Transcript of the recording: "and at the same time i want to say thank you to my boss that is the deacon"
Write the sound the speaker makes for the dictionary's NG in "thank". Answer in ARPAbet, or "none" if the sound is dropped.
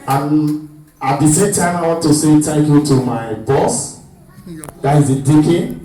none